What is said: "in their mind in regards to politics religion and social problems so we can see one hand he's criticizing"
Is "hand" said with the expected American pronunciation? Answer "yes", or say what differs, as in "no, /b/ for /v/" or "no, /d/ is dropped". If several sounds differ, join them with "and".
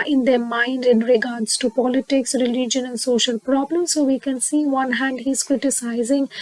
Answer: yes